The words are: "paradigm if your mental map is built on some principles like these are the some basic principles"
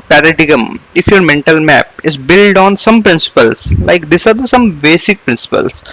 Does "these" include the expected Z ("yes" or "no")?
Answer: no